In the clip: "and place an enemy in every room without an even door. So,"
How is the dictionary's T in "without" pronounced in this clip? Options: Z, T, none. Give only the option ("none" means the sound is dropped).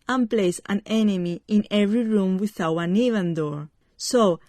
none